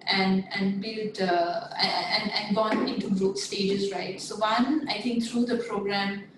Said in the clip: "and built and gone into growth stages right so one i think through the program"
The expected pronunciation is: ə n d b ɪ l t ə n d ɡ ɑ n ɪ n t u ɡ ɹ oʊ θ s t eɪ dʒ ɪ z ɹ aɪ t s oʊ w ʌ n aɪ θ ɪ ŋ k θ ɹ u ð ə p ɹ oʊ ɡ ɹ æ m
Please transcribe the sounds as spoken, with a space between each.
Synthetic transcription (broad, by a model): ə n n b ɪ l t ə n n ɡ ɑ n ɪ n t u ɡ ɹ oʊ t s t eɪ dʒ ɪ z ɹ aɪ t s oʊ w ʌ n aɪ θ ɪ ŋ k t ɹ u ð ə p ɹ oʊ ɡ ɹ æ m